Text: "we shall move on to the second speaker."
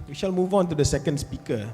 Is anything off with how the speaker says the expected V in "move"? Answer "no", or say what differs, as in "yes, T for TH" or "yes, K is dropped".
no